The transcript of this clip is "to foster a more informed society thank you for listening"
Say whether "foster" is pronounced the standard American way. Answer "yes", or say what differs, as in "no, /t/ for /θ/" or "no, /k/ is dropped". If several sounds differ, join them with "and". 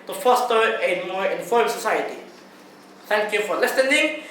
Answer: yes